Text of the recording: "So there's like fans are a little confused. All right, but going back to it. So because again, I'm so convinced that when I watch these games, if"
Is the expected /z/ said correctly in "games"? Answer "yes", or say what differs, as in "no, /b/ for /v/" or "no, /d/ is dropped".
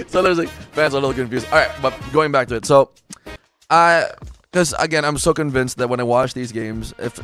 yes